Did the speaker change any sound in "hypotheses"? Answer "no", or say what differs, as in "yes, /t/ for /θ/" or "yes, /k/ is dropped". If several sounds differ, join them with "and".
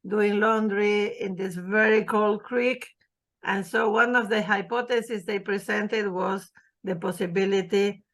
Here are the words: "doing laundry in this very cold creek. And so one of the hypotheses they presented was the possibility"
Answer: yes, /t/ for /θ/